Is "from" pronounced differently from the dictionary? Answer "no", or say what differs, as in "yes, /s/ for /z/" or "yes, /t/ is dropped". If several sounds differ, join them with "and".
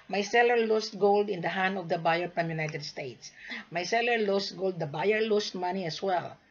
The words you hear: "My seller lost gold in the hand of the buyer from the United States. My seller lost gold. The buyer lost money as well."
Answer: yes, /p/ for /f/